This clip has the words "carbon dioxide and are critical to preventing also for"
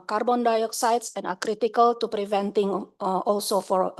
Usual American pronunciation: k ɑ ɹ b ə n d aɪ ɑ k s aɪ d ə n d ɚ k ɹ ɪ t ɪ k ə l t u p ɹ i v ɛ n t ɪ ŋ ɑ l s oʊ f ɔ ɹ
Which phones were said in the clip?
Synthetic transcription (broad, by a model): k ɑ ɹ b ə n d aɪ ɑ k s aɪ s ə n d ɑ k ɹ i t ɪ k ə l t u p ɹ i v ɛ n t ɪ ŋ ɑ l s oʊ f ɔ ɹ